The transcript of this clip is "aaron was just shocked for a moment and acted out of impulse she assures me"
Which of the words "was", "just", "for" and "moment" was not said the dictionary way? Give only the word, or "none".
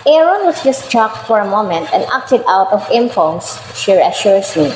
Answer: was